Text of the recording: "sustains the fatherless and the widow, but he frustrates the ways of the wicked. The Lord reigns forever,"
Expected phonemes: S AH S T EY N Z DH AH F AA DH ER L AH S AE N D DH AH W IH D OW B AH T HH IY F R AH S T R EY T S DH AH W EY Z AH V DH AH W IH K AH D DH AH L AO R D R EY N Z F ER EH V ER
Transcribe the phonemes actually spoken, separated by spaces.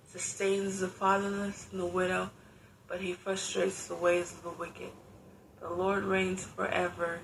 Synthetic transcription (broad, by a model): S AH S T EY N Z DH AH F AA DH ER N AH S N DH AH W IH D OW B AH T HH IY F R AH S T R EY T S DH AH W EY Z AH V DH AH W IH K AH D DH AH L AO R D R EY N Z F ER EH V ER